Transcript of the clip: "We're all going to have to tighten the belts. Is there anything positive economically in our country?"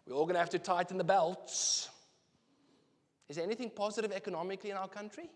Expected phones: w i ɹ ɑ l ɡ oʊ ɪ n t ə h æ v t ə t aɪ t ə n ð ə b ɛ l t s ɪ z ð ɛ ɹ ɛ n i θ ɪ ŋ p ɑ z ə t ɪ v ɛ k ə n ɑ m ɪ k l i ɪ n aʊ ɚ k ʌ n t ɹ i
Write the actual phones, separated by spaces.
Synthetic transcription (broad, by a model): w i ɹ ɑ l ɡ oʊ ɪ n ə h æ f t ə t aɪ t ə n ð ə b ɛ l t s ɪ z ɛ ɛ n i θ ɪ ŋ p ɑ z ə t ɪ v ɛ k ə n ɑ m ɪ k l i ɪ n aʊ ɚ k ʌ n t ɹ i